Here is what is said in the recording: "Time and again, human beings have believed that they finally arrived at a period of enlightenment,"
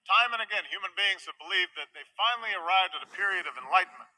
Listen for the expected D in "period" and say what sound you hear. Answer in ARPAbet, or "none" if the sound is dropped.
D